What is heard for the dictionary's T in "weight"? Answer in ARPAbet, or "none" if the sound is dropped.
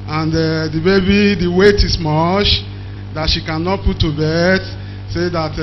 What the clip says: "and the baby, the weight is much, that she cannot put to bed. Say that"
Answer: T